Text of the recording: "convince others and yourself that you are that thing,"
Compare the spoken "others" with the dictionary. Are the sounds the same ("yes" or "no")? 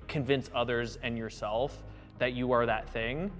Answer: yes